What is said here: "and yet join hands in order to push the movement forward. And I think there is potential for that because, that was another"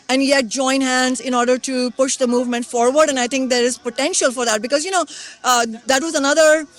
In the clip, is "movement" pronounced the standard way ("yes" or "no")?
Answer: yes